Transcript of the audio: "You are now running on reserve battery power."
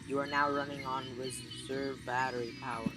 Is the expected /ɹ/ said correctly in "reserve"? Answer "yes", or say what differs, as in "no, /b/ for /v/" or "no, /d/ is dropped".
no, /w/ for /ɹ/